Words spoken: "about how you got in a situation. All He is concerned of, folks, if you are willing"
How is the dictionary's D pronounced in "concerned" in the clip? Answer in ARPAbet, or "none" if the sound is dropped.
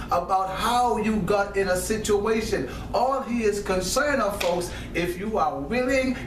none